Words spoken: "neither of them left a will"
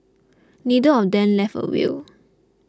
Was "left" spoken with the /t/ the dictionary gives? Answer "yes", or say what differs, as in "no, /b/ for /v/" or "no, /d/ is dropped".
no, /t/ is dropped